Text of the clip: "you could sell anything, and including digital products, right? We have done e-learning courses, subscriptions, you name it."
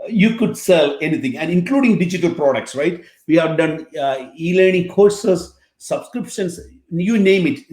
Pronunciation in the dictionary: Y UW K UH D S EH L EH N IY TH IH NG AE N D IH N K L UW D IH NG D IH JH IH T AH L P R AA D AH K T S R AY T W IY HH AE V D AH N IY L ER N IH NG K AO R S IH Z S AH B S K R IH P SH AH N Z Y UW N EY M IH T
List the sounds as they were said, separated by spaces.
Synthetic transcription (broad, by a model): Y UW K UH D S EH L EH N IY T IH NG AE N D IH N K L UW D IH NG D IH JH IH T AH L P R AA D AH K T S R AY T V IY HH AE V D AH N IY L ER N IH NG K AO R S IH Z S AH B S K R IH P SH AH N S Y UW N EY M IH T